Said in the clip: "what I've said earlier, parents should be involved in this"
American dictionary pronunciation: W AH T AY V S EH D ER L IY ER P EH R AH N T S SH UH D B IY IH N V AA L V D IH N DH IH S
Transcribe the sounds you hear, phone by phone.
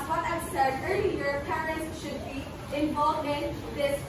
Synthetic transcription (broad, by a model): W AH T AY V S EH D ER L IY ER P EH R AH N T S SH UH D B IY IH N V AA L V IH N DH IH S